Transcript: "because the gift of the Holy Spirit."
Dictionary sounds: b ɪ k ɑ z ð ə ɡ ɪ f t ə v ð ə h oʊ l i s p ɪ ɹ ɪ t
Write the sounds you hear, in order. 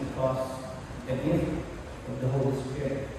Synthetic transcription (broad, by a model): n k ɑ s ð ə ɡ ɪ t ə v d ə h oʊ l i s p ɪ ɹ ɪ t